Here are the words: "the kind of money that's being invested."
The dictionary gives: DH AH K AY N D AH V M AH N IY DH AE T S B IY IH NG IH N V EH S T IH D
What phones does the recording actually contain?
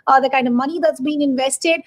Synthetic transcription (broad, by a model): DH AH K AY N D AH V M AH N IY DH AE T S B IY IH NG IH N V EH S T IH D